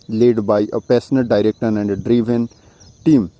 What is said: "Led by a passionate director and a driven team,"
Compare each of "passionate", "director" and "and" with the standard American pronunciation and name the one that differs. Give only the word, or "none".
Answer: passionate